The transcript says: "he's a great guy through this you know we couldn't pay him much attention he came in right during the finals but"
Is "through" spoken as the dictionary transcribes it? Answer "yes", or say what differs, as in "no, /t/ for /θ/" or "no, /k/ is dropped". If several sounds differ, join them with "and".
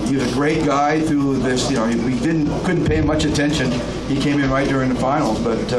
yes